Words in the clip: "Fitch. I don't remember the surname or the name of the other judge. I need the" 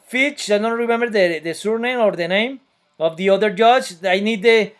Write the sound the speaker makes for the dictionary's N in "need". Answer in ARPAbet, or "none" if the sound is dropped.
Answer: N